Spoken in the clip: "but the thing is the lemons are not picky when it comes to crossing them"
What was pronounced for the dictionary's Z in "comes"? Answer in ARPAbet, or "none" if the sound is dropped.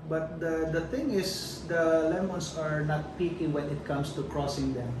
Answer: S